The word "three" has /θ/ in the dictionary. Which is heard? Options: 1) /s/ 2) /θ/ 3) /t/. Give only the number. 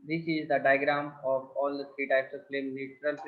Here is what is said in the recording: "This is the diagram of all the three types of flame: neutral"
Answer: 1